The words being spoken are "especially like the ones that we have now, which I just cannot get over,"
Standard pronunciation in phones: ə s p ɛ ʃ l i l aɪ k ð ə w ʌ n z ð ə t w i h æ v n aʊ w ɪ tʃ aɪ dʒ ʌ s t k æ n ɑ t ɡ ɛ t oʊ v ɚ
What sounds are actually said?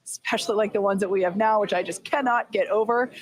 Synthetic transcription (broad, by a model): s s p ɛ ʃ l i l aɪ k ð ə w ʌ n z ð ə t w i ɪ v n aʊ w ɪ tʃ aɪ dʒ ʌ s k æ n ɑ t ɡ ɛ t oʊ v ɚ